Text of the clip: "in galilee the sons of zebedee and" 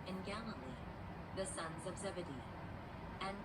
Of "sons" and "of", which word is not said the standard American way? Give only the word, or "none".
none